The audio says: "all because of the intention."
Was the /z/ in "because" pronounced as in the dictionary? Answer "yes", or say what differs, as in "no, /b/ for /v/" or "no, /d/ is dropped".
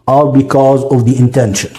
yes